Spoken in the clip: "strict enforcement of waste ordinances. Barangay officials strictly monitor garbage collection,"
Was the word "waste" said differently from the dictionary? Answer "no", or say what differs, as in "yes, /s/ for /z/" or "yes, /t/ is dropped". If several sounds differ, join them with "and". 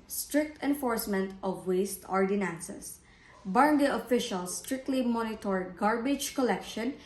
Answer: no